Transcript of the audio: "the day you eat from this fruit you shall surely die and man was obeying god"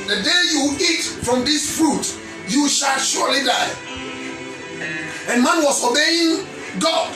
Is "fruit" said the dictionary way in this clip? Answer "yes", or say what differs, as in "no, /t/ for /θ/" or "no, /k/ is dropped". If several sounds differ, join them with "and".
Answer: yes